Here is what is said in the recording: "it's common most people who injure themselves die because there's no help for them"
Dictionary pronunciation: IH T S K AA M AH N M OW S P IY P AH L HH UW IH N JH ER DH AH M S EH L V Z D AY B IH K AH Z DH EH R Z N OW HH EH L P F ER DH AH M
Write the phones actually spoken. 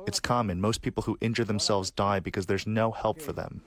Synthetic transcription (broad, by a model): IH T S K AA M AH N M OW S P IY P L HH UW IH N JH ER DH AH M S EH L V Z D AY B IH K AH Z DH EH R Z N OW HH EH L P F ER DH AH M